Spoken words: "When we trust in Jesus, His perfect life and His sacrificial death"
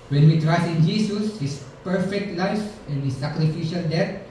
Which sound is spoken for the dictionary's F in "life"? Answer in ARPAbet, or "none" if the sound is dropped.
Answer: F